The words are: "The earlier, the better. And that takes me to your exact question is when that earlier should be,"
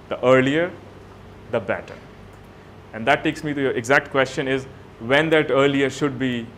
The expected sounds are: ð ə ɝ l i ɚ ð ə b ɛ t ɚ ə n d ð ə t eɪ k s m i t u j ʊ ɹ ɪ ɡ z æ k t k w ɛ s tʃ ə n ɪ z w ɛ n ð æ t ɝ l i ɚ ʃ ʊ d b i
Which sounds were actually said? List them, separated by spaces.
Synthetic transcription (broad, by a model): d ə ɝ l i ɚ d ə b ɛ t ɚ ə n d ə t eɪ k s m i t u j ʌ ɹ ɪ ɡ z æ k t k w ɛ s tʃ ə n ɪ z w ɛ n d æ t ɝ l i ɚ ʃ ʊ d b i